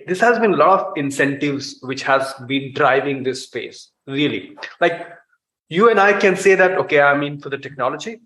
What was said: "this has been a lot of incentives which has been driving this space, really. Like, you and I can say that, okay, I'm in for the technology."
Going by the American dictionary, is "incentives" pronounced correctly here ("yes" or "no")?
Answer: yes